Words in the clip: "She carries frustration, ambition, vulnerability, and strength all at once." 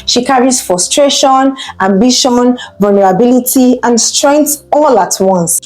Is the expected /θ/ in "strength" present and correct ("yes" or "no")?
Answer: no